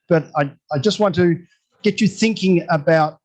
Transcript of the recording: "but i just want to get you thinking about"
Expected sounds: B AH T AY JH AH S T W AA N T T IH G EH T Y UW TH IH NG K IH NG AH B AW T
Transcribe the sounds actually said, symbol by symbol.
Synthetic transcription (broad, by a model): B AH T AY JH AH S T W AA N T T IH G EH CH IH TH IH NG K IH NG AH B AW T